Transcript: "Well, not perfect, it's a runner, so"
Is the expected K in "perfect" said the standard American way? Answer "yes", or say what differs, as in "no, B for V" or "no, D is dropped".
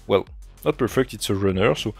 yes